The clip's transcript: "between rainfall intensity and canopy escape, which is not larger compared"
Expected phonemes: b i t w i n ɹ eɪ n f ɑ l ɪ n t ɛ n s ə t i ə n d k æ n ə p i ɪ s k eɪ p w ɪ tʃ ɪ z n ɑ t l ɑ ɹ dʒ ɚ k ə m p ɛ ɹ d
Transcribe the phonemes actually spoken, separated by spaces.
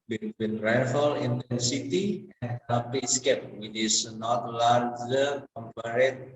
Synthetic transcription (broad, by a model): b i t w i n ɹ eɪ f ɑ l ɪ n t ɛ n s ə t i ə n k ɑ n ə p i s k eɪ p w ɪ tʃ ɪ s n ɑ t l ɑ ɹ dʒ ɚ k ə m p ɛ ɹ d